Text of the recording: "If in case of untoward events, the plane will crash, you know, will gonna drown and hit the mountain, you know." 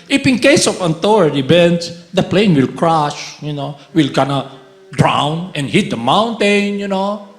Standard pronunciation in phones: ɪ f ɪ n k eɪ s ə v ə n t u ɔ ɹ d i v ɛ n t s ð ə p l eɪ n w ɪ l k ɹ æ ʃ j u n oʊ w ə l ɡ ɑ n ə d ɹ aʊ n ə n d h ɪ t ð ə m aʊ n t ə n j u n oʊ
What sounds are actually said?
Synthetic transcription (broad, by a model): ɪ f ɪ n k eɪ s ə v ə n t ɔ ɹ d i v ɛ n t s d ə p l eɪ n w ɪ l k ɹ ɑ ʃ j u n oʊ w ə l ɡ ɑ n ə d ɹ aʊ n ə n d h ɪ t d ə m aʊ n t ə n j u n oʊ